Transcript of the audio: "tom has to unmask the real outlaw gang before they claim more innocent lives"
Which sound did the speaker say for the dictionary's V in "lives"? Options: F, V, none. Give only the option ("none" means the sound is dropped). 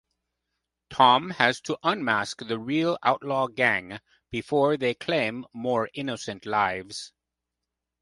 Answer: V